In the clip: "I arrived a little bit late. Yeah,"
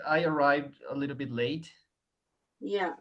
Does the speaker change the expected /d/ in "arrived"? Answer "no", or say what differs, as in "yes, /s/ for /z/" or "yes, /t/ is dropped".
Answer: no